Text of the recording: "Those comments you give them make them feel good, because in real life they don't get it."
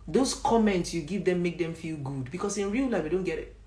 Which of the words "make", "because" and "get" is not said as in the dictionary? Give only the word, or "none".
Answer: because